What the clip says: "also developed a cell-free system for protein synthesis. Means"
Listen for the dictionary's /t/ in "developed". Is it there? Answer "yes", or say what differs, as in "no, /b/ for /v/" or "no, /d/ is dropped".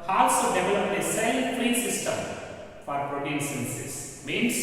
no, /t/ is dropped